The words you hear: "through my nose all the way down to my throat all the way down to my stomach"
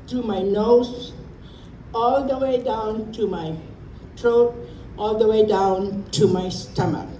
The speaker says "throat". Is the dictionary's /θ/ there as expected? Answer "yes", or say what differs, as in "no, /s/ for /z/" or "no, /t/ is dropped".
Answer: no, /t/ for /θ/